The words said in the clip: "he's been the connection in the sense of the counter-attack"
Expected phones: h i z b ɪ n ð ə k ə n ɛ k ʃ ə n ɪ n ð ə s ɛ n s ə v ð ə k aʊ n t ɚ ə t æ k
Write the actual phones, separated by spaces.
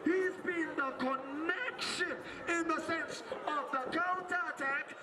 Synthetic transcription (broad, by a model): h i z b ɪ n ð ə k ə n ɛ k ʃ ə n ɪ n ð ə s ɛ n s ə v ð ə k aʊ n t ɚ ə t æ k